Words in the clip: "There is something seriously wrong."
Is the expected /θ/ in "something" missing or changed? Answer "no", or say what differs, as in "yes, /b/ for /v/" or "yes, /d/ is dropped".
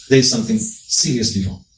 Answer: no